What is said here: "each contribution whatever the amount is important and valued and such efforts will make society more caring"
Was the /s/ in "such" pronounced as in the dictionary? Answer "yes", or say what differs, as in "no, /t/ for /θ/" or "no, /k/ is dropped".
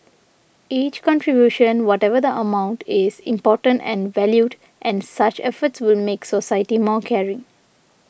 yes